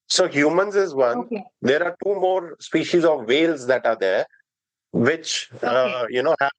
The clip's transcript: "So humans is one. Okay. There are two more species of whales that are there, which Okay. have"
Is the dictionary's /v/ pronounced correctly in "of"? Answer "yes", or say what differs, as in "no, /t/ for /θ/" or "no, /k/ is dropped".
yes